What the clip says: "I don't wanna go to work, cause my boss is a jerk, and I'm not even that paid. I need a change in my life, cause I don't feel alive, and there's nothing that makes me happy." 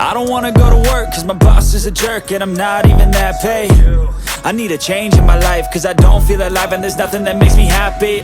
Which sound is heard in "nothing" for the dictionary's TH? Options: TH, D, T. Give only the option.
TH